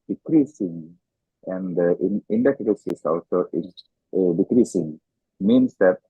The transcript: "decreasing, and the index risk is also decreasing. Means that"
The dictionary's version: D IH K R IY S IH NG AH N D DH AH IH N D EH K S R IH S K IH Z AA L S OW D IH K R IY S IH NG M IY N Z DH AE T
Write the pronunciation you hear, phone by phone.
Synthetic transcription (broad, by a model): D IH K R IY S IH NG AH N D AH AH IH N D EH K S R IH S IH S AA L S OW D IH K R IY S IH NG M IY N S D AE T